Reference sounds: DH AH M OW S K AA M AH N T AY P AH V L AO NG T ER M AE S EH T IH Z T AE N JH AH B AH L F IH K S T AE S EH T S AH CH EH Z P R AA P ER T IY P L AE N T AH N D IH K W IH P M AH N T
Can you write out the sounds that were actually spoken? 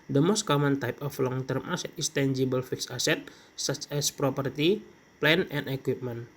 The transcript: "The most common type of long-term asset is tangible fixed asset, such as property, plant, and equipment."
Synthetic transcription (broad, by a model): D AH M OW S K AA M AH N T AY P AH F L AO NG T ER M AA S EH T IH S T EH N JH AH B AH L F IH K S AA S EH T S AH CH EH S P R AA P ER T IY P L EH N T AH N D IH K W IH P M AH N